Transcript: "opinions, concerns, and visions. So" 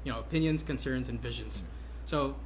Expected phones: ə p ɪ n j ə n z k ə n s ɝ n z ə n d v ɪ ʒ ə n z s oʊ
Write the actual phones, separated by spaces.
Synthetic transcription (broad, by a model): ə p ɪ n j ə n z k ə n s ɝ n z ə n v ɪ ʒ ə n z s oʊ